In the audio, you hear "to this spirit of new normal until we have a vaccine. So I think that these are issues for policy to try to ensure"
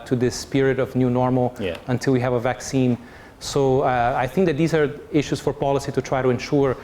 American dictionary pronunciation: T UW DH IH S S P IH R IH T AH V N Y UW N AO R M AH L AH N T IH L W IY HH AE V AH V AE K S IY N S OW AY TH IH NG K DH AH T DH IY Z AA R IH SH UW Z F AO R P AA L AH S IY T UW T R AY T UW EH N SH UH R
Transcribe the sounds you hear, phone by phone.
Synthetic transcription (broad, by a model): T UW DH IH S S P IH R IH T AH V N Y UW N AO R M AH L AH N T IH L W IY HH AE V AH V AE K S IY N S OW AY TH IH NG K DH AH T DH IY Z AA R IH SH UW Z F AO R P AA L AH S IY T UW T R AY T UW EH N SH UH R